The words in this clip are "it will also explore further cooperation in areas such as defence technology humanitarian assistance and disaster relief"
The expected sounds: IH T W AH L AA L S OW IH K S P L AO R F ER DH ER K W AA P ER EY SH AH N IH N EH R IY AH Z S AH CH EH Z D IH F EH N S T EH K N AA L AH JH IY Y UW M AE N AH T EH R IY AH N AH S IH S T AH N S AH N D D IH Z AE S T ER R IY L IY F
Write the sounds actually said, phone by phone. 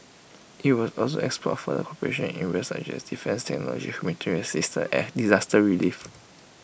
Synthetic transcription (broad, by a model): IH T W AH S AA L S OW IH K S P AO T F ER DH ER K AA P ER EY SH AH N IH N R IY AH S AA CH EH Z D IH F EH N S T EH K N AA L AH JH IY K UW M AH T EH R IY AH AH S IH S T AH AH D D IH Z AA S T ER R IY L IY F